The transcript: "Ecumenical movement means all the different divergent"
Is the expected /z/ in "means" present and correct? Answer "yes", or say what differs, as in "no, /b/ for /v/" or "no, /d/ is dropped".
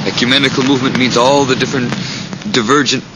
yes